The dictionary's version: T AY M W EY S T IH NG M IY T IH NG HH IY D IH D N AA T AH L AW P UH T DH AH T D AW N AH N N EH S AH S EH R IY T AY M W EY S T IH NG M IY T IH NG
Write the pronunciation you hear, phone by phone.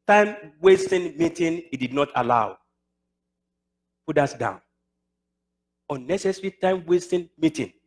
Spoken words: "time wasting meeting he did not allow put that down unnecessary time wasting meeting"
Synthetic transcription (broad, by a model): T AY M W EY S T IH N M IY T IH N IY D IH D N AA T AH L AW P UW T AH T D AW N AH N N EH S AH S R IY T AY M W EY S T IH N M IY T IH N